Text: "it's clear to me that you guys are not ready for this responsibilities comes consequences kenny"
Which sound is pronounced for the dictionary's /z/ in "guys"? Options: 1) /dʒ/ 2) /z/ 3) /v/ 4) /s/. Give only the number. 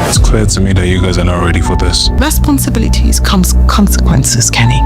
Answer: 2